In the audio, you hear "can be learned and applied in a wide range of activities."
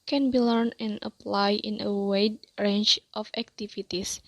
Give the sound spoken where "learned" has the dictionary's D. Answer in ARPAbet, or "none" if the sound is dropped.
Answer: none